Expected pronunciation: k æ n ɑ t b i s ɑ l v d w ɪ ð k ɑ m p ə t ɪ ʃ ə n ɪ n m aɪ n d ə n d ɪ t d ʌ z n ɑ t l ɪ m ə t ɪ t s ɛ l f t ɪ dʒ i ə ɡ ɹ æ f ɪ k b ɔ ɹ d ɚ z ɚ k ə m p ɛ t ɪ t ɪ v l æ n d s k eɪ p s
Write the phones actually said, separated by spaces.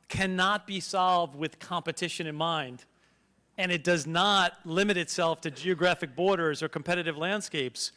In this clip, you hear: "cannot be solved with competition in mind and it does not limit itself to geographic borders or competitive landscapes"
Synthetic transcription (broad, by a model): k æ n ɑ t b i s ɑ l v d w ɪ ð k ɑ m p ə t ɪ ʃ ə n ɪ n m aɪ n d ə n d ɪ t d ʌ z n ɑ t l ɪ m ə t ɪ t s ɛ l f t ɪ dʒ i ə ɡ ɹ æ f ɪ k b ɔ ɹ d ɚ z ɚ k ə m p ɛ t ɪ t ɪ v l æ n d s k eɪ p s